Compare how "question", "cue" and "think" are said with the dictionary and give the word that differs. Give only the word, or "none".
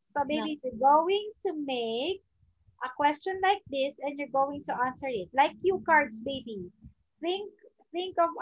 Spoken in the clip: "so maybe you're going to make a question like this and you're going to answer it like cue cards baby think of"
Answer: none